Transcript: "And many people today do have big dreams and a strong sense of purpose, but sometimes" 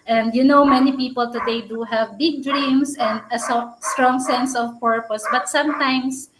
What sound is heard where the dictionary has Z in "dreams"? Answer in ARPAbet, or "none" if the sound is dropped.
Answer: S